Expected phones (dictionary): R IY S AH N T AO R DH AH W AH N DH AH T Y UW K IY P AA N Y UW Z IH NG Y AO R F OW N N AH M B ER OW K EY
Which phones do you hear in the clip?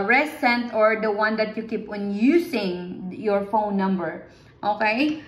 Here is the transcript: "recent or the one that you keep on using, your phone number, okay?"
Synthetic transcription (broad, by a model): R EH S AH N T AO R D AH W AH N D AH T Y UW K IY P AA N Y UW S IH NG Y AO R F OW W N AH M B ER OW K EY